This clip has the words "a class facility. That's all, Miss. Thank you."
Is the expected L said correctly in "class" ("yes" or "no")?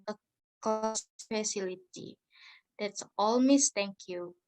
no